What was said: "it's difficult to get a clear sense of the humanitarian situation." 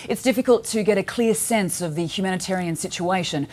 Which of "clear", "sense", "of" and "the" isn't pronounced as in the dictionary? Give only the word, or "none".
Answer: none